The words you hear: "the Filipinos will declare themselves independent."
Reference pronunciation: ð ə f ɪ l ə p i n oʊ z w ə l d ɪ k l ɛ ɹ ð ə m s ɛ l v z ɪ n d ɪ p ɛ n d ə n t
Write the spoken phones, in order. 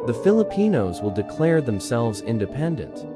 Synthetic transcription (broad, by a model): ð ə f ɪ l ə p i n oʊ z w ə l d ɪ k l ɛ ɹ ð ə m s ɛ l v z ɪ n d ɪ p ɛ n d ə n t